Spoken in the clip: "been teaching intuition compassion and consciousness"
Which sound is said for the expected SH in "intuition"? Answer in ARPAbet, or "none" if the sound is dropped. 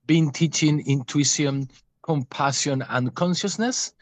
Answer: none